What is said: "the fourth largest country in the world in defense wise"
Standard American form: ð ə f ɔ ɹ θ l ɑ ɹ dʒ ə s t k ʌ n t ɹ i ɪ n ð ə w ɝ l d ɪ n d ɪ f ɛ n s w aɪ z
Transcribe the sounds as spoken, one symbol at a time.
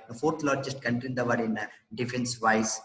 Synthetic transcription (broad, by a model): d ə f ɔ ɹ t l ɑ ɹ dʒ ə s t k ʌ n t i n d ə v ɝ d ɪ n d ɪ f ɛ n s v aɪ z